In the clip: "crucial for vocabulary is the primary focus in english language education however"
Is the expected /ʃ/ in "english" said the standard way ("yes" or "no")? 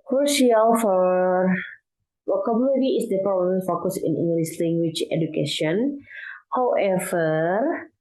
no